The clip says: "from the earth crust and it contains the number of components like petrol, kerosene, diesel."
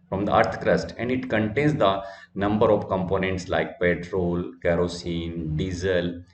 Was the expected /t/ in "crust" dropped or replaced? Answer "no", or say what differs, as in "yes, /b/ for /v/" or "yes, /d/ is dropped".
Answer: no